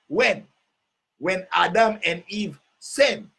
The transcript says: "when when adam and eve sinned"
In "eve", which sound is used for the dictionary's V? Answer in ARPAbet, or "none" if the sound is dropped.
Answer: V